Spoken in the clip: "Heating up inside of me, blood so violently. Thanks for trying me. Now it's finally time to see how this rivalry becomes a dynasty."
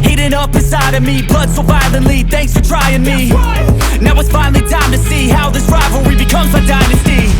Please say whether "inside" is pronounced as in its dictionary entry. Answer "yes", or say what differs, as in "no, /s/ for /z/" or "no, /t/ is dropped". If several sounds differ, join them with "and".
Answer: no, /n/ is dropped